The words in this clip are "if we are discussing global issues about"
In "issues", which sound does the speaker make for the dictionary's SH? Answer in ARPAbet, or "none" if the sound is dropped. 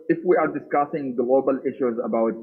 SH